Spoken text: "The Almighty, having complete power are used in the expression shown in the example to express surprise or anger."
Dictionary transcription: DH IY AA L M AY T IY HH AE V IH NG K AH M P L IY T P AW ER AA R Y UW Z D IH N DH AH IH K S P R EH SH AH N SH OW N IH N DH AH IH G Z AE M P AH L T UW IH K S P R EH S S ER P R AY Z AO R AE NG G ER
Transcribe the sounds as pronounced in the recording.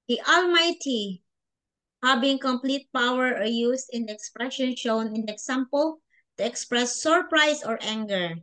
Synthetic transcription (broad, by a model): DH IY AA L M AY T IY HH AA B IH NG K AH M P L IY T P AW ER AA R Y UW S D IH N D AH IH K S P R EH SH AH N SH OW N IH N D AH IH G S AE M P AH L T UW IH K S P R EH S S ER P R AY S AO R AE NG G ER